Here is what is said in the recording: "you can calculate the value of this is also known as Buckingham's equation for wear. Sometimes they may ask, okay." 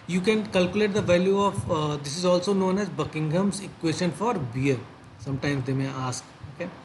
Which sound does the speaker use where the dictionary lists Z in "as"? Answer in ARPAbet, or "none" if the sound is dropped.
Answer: Z